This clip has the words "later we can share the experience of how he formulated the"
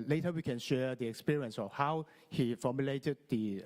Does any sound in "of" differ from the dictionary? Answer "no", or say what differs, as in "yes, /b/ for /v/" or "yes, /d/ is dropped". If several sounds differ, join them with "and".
yes, /f/ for /v/